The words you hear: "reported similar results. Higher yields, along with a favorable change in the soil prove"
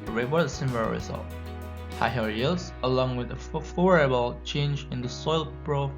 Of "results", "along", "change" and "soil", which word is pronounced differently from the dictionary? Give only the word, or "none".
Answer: results